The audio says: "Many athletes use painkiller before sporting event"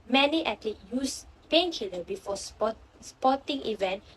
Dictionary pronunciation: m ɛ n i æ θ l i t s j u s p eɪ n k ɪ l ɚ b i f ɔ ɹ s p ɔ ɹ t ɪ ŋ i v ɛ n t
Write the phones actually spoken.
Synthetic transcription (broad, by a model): m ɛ n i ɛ t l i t j u s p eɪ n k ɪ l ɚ b i f ɔ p s p ɔ t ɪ ŋ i v ɛ n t